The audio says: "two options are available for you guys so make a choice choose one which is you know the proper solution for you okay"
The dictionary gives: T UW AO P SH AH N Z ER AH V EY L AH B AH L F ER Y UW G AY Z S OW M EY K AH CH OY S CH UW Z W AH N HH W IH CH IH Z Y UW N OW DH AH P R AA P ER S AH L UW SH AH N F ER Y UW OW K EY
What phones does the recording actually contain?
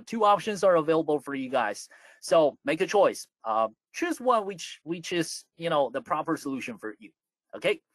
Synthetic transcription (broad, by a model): T UW AO P SH AH N Z ER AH V EY L AH B L F ER Y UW G AY Z S OW M EY K AH CH OY S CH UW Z W AH N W W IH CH IH Z Y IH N OW DH AH P R AA P ER S AH L UW SH AH N F ER Y UW OW K EY